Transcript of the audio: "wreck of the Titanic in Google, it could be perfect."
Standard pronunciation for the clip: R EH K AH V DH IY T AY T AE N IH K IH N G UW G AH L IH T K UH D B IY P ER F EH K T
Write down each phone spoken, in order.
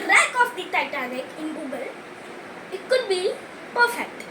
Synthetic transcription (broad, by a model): R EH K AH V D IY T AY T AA L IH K IH N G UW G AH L IH T K UH D B IY P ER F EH K T